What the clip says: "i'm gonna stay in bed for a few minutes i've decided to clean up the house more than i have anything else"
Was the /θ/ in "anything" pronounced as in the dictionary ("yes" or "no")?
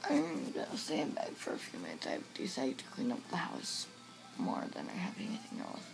yes